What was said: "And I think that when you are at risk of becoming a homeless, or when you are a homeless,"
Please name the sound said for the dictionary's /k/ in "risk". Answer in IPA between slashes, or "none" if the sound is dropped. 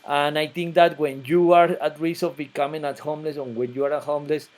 none